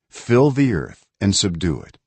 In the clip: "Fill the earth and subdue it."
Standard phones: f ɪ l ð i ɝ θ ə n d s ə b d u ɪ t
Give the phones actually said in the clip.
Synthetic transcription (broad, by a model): f ɪ l ð i ɝ θ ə n s ə b d u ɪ t